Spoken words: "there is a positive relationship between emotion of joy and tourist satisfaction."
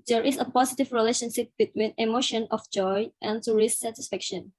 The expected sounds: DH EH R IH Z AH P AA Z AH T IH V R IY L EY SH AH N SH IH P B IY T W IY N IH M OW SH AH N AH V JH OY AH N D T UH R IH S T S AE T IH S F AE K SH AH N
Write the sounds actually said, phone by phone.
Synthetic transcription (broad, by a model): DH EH R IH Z AH P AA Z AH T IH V R IY L EY SH AH N SH IH P B IY T W IY N IH M OW SH AH N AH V JH OY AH N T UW R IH S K S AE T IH S F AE K SH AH N